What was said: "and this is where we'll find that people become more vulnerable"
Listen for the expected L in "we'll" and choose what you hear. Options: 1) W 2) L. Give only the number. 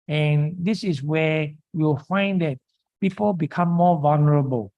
1